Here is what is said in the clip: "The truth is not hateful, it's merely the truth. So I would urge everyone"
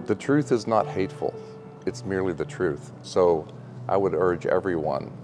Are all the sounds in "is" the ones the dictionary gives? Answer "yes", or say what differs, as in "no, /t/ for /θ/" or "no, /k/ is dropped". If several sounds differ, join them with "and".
yes